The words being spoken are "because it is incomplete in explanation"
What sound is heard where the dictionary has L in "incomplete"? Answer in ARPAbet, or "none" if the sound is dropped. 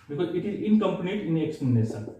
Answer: N